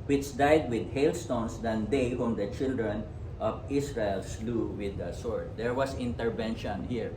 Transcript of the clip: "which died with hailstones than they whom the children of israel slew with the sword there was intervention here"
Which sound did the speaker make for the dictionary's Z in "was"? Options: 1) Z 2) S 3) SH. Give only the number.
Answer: 2